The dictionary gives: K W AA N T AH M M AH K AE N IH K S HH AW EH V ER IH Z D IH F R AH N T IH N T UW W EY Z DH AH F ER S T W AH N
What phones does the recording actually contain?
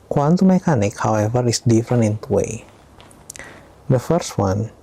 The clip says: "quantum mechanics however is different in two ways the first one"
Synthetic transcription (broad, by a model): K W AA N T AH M M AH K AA N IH K HH AW EH V ER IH S D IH F R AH N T IH N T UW W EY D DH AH F ER S T W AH N